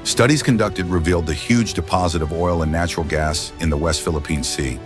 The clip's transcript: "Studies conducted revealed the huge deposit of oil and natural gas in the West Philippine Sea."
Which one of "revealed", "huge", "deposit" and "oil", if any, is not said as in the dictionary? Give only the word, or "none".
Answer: none